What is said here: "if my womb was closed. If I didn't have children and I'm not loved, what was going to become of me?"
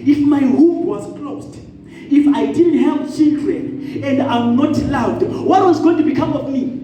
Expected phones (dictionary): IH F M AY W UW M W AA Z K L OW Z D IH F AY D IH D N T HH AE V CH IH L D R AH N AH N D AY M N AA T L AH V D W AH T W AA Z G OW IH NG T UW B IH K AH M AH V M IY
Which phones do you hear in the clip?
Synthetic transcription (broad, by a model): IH F M AY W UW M W AA Z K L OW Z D IH F AY D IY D N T HH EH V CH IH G R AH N AH N D AY M N AA T L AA W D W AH T W AA Z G OW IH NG T UW B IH K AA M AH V M IY